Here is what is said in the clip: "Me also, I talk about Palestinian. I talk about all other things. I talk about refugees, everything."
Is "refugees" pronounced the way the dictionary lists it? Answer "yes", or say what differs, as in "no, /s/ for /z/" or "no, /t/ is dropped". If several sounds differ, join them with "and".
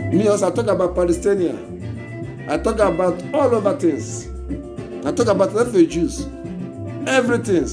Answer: no, /l/ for /ɹ/